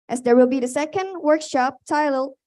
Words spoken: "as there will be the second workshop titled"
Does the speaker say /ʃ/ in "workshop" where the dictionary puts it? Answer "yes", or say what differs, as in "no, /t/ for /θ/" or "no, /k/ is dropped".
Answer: yes